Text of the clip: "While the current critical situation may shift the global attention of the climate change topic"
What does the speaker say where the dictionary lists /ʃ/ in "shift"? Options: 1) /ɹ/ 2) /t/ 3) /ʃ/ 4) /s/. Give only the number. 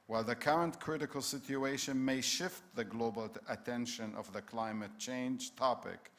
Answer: 3